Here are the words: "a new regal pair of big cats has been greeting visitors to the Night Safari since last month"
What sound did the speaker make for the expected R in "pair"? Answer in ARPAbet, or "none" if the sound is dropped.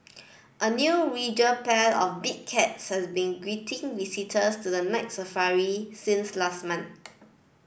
L